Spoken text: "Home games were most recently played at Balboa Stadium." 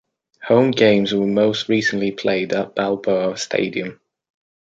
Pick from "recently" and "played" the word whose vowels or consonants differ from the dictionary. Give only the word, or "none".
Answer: none